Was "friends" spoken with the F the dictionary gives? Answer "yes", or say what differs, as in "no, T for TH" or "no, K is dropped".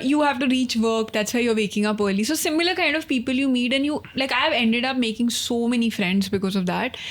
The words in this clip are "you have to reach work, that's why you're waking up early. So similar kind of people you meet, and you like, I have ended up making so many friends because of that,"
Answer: yes